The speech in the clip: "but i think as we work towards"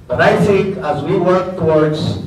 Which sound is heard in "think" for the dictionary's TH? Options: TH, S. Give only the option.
S